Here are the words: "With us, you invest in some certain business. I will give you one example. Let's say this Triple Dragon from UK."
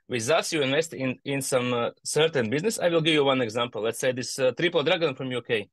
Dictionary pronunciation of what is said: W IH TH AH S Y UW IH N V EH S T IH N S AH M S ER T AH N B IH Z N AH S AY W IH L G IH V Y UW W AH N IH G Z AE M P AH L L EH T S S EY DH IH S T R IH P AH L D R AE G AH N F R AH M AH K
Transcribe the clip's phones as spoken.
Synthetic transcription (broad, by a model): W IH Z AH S Y UW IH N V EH S T IH N S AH M S ER T AH N B IH Z N AH S AY W IH L G IH V Y UW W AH N IH G Z AE M P AH L L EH T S S EY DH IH S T R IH P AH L D R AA G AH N F R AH M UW K